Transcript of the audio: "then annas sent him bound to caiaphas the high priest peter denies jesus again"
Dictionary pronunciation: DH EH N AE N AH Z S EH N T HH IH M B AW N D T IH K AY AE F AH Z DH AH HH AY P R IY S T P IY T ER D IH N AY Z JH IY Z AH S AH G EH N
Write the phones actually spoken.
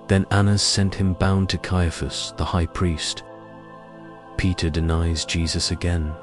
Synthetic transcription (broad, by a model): DH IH N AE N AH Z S EH N T HH IH M B AW N T IH K AY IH F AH S DH AH HH AY P R IY S T P IY T ER D IH N AY Z JH IY Z AH S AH G EH N